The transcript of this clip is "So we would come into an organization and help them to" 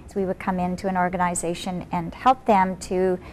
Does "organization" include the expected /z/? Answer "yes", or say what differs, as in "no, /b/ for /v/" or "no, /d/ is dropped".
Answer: yes